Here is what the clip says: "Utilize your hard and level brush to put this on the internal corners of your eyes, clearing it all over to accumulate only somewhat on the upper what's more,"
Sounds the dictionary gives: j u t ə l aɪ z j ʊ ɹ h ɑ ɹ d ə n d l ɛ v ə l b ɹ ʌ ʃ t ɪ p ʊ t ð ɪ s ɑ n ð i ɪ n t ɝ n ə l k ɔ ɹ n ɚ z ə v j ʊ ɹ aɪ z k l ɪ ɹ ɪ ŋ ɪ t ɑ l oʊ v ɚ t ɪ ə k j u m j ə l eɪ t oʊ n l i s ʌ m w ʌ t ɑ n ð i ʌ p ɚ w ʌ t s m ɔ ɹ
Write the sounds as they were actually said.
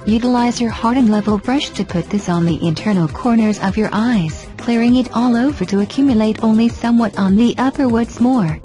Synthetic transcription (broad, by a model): j u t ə l aɪ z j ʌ ɹ h ɑ ɹ d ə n l ɛ v ə l b ɹ ʌ ʃ t ɪ p ʊ t ð ɪ s n ð i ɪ n t ɝ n l k ɔ ɹ n ɚ z ə v j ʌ ɹ aɪ z k l ɪ ɹ ɪ ŋ ɪ t ɑ l oʊ v ɚ t ɪ ə k j u m j ə l eɪ t oʊ n l i s ʌ m w ʌ t n ð i ʌ p ɚ w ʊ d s m ɔ ɹ